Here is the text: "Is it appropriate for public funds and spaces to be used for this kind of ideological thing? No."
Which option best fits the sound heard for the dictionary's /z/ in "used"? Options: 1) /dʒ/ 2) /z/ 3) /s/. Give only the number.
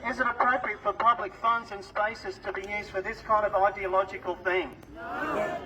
2